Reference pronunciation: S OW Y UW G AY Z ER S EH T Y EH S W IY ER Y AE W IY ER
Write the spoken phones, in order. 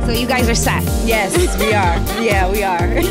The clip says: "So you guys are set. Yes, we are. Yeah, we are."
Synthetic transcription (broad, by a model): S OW Y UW G AY Z ER S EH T Y EH S W IY ER Y AE W IY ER